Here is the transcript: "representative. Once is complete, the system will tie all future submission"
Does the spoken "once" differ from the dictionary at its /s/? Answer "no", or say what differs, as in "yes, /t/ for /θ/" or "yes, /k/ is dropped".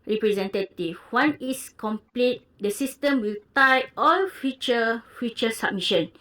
yes, /s/ is dropped